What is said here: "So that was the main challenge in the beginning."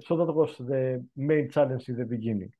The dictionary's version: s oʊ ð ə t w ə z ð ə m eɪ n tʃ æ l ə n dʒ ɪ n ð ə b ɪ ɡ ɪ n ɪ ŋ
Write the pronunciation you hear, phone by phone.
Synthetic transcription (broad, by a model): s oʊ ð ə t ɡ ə s ð ə m eɪ n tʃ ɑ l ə n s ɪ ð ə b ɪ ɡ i n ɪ